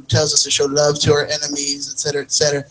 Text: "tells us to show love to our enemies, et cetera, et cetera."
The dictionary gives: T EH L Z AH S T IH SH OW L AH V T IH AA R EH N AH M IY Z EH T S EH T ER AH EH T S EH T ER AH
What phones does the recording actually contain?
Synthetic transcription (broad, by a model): T EH L Z AH S T IH SH OW L AH V T IH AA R EH N AH M IY Z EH T S EH T ER AH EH T S EH T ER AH